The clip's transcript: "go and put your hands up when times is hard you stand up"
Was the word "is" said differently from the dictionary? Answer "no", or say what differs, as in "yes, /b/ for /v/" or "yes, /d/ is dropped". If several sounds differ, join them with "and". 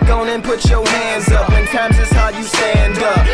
yes, /s/ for /z/